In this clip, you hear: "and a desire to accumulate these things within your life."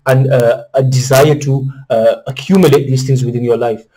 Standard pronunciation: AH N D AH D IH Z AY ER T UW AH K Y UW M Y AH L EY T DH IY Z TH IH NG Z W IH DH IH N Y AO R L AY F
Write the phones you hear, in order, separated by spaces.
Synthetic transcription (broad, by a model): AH N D AH D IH Z AY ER T UW AH K Y UW M Y AH L EY T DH IY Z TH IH NG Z W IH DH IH N Y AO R L AY F